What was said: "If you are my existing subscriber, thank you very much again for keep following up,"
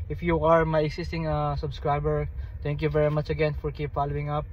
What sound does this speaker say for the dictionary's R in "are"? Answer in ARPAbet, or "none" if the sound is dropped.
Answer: R